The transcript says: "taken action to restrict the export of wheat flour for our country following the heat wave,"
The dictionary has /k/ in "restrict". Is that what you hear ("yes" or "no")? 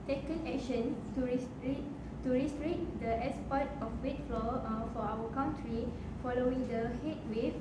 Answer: no